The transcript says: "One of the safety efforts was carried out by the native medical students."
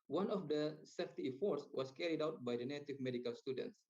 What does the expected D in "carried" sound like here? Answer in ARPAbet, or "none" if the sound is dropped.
D